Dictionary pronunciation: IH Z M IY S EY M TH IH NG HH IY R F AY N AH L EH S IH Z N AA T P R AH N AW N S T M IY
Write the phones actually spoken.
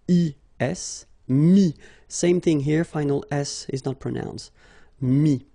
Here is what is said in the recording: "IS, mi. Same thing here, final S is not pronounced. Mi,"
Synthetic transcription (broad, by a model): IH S M IY S EY M TH IH NG HH IY R F AY N AH L EH S IH Z N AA T P R AH N AW N S T M IY